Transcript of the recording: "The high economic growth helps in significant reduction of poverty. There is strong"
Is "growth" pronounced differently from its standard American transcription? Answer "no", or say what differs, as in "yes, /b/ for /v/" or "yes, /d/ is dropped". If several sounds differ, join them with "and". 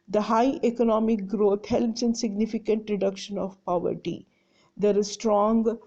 yes, /t/ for /θ/